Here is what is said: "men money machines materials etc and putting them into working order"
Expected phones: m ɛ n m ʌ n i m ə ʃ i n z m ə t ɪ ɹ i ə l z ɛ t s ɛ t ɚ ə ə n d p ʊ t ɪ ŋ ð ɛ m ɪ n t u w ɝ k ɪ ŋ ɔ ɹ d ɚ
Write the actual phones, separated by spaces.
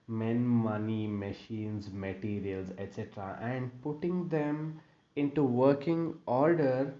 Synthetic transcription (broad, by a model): m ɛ n m ʌ n i m ə ʃ i n z m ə t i ɹ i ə l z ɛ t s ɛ t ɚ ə ə n d p ʊ t ɪ ŋ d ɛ m ɪ n t u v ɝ k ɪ ŋ ɔ ɹ d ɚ